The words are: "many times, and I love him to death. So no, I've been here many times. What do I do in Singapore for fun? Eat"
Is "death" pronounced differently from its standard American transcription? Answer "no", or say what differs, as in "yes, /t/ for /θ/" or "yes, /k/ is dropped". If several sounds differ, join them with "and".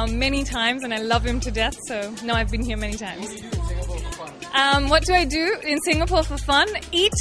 no